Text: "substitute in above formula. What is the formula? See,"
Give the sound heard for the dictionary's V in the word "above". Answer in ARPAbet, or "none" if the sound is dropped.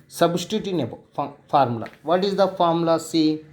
F